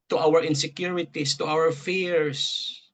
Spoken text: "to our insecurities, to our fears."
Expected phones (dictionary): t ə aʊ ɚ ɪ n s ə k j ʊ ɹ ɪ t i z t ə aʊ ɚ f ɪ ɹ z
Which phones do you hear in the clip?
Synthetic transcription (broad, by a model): t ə aʊ ɚ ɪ n s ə k j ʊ ɹ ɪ t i s t ə aʊ ɚ f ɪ ɹ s